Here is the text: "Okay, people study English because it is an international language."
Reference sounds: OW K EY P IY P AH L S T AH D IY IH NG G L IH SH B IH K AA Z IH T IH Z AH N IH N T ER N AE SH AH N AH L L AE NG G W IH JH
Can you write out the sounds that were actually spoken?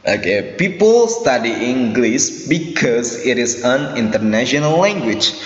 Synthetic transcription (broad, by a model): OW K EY P IY P AH L S T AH D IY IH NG G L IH S B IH K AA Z IH T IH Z AH N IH N T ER N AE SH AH N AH L L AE NG G W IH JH